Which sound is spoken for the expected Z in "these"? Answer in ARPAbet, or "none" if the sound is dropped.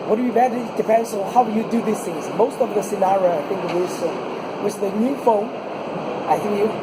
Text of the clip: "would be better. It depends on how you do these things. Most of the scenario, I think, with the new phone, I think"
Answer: S